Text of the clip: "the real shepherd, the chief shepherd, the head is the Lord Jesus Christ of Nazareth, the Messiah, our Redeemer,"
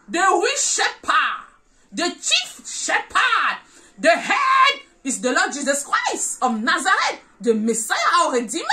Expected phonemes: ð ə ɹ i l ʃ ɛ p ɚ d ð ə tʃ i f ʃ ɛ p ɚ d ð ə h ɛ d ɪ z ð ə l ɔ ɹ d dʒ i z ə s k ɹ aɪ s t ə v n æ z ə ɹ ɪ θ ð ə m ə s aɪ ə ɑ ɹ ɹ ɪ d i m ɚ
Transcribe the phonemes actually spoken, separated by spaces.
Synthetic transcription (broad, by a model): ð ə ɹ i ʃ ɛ p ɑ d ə tʃ i f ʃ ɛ p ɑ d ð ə h ɛ d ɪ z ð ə l ɔ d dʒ i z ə s k ɹ aɪ s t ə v n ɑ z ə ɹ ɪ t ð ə m ə s aɪ ə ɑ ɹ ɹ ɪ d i m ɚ